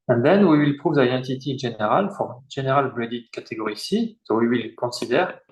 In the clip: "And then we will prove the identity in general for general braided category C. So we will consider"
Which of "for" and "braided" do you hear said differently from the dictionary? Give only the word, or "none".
braided